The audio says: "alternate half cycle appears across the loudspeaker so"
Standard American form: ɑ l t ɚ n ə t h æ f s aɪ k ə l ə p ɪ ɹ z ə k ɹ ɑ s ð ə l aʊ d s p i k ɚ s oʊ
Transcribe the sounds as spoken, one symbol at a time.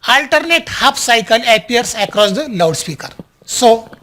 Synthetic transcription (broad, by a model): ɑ l t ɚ n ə t h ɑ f s aɪ k ə l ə p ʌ ɹ s ə k ɹ ɑ s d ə l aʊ d s p i k ɚ s oʊ